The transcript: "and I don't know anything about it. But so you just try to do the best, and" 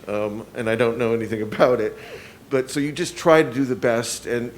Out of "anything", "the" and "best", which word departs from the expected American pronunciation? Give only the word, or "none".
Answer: none